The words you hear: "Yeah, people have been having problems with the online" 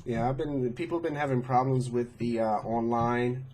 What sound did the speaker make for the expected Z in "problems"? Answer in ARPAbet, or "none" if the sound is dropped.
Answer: Z